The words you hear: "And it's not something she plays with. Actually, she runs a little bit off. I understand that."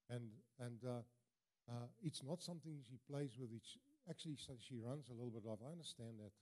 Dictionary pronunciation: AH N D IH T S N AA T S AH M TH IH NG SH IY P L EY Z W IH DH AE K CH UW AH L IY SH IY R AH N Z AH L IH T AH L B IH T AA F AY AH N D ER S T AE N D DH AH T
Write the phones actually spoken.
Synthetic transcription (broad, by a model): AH N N IH T S N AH T S AH M TH IH NG SH IY P L EY Z W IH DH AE K CH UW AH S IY SH IY R AH N Z AH L IH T L B IH T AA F AY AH N D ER S T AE N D DH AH T